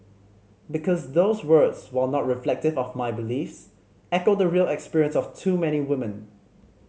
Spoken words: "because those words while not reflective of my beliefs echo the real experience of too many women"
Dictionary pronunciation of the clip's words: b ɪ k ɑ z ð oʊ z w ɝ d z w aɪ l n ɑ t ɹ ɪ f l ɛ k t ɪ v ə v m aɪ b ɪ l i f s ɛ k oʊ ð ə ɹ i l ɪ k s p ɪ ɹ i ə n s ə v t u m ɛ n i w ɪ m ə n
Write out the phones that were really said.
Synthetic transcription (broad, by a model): b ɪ k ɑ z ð oʊ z w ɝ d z w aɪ n ɑ t ɹ ɪ f l ɛ k t ɪ v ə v m aɪ b ɪ l i f s ɛ k oʊ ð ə ɹ i l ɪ k s p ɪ ɹ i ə n s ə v t u m ɛ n i w ɪ m ə n